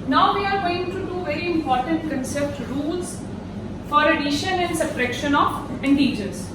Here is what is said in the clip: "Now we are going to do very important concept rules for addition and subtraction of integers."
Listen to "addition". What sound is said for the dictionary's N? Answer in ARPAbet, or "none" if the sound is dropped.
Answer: N